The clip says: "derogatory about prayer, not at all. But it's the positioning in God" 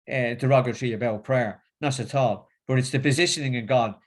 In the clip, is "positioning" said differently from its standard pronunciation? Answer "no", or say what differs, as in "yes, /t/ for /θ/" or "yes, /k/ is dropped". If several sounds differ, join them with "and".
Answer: no